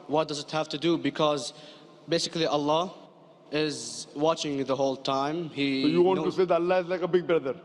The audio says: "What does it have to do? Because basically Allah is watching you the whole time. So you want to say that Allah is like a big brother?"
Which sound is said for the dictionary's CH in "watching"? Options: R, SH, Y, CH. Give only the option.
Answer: CH